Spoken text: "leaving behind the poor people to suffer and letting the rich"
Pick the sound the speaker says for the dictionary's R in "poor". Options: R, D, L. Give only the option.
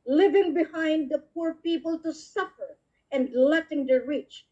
R